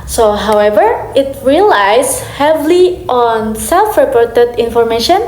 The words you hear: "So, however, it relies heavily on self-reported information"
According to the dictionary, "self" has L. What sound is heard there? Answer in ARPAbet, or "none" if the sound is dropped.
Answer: L